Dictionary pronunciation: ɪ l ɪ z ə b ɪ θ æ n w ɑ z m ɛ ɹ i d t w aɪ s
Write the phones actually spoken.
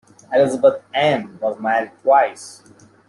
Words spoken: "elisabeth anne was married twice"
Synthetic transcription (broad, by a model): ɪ l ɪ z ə b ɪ t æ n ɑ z m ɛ i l t w aɪ s